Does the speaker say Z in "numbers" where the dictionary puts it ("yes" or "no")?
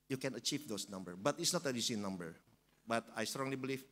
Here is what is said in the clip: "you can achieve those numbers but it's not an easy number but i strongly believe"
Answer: no